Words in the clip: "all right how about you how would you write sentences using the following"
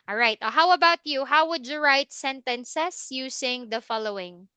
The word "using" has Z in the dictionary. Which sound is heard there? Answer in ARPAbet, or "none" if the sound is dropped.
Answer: S